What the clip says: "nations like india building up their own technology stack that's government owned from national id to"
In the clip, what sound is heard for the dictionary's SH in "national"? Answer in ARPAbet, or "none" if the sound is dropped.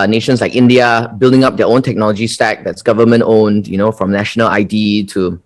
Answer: SH